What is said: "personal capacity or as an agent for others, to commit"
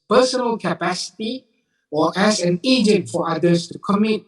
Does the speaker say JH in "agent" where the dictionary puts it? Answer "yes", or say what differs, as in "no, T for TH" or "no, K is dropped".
yes